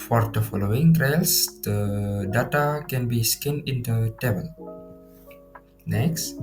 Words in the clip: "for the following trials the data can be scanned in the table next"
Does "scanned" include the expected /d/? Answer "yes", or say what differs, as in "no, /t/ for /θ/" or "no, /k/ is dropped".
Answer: no, /d/ is dropped